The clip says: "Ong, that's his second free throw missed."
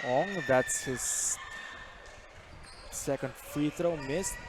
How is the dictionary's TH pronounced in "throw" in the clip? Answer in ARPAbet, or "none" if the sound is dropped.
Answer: T